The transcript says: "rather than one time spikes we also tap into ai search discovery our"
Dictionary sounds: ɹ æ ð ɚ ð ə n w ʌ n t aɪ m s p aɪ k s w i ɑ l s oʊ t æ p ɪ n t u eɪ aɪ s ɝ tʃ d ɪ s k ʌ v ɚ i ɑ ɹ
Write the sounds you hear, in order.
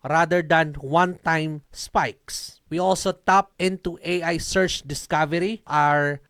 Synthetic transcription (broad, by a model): ɹ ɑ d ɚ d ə n w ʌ n t aɪ m s p aɪ k s w i ɑ l s oʊ t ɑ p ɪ n t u eɪ aɪ s ɝ tʃ d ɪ s k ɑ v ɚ i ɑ ɹ